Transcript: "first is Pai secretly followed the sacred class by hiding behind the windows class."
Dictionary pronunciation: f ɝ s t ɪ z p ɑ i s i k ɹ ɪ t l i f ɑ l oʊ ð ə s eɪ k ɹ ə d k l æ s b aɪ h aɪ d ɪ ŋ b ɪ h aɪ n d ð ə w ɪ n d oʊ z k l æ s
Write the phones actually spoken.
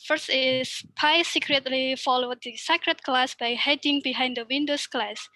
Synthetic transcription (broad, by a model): f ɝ s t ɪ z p ɑ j s i k ɹ ɪ t l i f ɑ l oʊ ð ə s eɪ k ɹ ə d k l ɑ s b aɪ h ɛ d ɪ ŋ b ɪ h aɪ n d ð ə w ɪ n d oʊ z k l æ s